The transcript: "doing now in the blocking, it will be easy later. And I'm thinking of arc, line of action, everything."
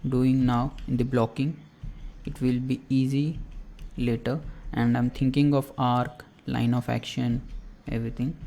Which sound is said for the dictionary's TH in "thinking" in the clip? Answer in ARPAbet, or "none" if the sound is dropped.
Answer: T